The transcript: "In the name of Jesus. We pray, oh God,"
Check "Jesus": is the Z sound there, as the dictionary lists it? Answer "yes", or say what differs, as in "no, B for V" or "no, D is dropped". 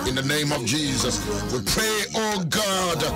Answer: yes